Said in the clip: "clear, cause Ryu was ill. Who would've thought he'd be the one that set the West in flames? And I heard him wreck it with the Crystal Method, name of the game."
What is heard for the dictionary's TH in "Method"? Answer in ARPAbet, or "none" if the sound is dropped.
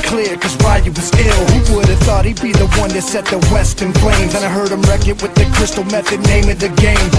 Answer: TH